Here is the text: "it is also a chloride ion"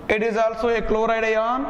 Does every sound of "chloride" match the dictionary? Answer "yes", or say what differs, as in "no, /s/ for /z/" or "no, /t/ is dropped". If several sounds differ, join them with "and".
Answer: yes